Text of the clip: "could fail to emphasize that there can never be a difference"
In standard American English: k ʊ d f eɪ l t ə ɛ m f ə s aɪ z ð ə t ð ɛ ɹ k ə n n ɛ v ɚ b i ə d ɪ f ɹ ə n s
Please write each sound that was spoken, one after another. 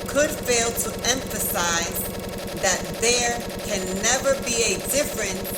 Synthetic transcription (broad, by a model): k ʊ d f eɪ l t ə ɛ m f ə s aɪ z ð ə t ð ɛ ɹ k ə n n ɛ v ɚ b i ə d ɪ f ɹ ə n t